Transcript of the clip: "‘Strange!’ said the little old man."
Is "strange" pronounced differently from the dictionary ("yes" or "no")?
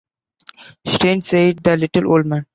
yes